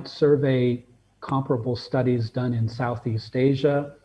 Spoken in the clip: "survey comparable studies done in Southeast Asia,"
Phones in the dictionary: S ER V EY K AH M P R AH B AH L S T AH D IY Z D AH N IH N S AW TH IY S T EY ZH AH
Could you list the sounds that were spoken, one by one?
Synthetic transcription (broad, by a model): S ER V EY K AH M P R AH B L S T AH D IY Z D AH N IH N S AW TH IY S T EY ZH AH